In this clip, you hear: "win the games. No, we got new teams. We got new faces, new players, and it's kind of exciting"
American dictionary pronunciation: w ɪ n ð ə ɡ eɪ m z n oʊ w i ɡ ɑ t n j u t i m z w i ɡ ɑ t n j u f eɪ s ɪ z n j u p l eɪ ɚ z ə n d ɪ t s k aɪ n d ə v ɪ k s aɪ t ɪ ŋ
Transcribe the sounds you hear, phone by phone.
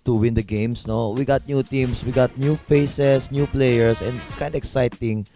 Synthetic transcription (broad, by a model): w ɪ n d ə ɡ eɪ m s n oʊ w i ɡ ɑ t n j u t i m s w i ɡ ɑ t n j u f eɪ s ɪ s n j u p l eɪ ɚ s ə n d ɪ t s k aɪ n d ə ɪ k s aɪ t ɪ ŋ